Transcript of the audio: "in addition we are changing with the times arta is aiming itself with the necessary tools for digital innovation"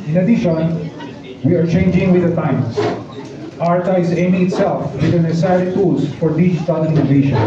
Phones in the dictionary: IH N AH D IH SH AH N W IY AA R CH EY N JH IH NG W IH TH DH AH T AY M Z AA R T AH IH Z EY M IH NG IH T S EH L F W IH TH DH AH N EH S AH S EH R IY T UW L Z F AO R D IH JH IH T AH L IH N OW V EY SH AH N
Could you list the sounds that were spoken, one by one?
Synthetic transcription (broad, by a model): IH N AH D IH SH AH N W IY AA R CH EY N JH IH NG W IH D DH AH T AY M S AA R T AH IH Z EY M IH NG IH T S EH L F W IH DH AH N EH S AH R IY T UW L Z F AO R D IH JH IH T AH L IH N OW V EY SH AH N